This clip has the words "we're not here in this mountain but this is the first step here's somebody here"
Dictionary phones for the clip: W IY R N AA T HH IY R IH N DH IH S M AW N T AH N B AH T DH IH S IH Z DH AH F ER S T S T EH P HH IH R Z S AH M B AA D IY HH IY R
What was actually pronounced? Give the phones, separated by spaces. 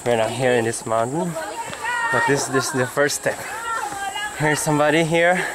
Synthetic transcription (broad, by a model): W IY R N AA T HH IY R IH N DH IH S M AW N T AH N B AH T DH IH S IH S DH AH F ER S S T EH P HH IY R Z S AH M B AA D IY HH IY R